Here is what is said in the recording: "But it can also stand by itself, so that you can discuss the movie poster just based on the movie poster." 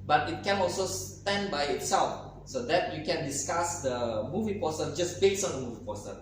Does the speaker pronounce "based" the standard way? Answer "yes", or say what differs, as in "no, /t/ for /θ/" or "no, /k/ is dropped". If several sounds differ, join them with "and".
no, /t/ is dropped